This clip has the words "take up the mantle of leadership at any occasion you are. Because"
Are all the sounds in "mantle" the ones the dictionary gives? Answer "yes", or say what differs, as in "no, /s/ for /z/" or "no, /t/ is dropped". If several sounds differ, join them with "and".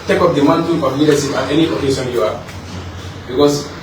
no, /n/ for /l/